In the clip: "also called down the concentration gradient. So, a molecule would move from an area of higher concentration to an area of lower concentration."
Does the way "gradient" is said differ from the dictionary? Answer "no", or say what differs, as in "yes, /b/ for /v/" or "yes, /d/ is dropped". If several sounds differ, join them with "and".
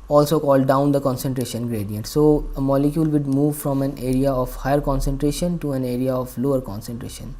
no